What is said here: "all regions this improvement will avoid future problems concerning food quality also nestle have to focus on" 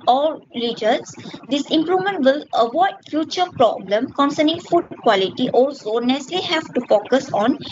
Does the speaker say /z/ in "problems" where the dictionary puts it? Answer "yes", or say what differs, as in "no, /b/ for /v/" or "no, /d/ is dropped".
no, /z/ is dropped